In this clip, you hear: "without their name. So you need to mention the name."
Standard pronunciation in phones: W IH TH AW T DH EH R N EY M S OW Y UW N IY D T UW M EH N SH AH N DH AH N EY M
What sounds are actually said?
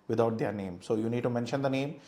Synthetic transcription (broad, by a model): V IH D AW T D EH R N EY M S OW Y UW N IY D T UW M EH N SH AH N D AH N EY M